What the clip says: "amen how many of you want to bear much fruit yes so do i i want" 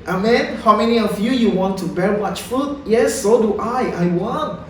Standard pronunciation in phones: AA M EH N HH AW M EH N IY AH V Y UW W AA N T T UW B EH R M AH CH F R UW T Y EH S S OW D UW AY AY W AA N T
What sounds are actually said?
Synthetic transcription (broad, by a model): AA M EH N HH AW M EH N IY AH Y Y UW W AA N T T UW B EH R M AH CH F UW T Y EH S S OW D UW AY AY W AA N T